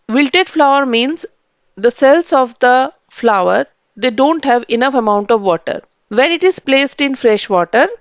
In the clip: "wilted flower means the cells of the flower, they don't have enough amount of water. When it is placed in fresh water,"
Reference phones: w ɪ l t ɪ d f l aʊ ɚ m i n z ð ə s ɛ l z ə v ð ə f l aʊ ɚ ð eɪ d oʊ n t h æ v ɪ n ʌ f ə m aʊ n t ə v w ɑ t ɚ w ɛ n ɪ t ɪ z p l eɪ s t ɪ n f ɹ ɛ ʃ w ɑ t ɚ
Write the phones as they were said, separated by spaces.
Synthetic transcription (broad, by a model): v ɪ l t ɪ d f l aʊ ɚ m i n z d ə s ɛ l s ə v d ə f l aʊ ɚ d eɪ d oʊ n t h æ v ɪ n ʌ f ə m aʊ n t ə v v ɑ t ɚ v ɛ n ɪ t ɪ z p l eɪ s t ɪ n f ɹ ɛ ʃ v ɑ t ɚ